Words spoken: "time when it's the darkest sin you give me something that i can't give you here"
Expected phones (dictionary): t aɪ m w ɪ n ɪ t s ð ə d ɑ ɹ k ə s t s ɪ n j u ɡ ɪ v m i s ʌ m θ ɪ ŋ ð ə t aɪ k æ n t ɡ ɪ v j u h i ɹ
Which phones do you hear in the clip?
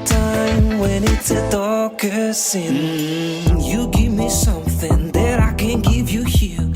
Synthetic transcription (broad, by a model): t aɪ m w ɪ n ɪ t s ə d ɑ k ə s s ɪ n j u ɡ ɪ v m i s ʌ m θ ɪ ŋ ð ə t aɪ k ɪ n ɡ ɪ v j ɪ h i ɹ